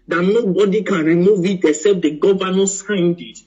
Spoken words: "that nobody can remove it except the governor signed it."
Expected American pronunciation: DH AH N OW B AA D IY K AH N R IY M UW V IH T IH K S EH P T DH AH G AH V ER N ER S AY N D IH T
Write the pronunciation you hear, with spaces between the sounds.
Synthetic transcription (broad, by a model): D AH N OW B AA D IY K AH N R IY M UW V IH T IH S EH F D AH G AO V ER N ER S AY N D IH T